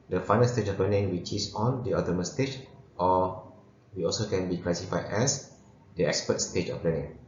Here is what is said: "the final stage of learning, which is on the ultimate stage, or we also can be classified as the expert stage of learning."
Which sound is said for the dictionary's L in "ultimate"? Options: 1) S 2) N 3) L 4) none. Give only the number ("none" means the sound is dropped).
4